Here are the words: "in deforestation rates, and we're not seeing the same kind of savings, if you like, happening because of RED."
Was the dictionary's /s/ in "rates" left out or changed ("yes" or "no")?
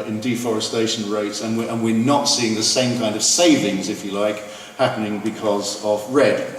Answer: no